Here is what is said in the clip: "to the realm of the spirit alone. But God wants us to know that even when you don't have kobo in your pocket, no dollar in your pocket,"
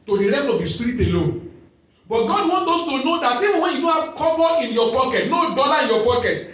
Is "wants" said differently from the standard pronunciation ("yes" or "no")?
yes